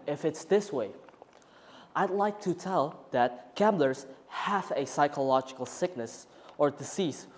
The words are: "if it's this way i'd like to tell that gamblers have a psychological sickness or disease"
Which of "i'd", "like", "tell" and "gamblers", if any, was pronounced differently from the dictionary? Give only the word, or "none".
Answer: none